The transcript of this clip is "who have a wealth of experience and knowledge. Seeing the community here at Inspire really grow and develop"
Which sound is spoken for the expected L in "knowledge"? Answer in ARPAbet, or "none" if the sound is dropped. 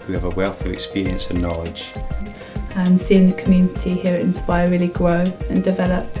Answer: none